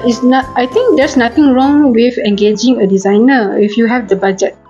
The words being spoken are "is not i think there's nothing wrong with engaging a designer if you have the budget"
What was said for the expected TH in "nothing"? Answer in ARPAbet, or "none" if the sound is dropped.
T